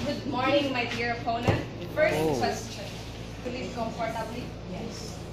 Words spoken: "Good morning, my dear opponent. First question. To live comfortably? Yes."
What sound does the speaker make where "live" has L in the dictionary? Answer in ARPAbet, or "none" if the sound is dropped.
W